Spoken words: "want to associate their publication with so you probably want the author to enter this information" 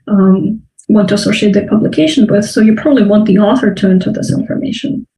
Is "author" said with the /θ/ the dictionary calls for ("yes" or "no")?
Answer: yes